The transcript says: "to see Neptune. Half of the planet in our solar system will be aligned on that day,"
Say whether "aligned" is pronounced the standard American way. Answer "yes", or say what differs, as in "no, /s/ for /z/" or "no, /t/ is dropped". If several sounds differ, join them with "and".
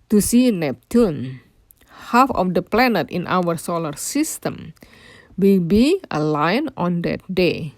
no, /d/ is dropped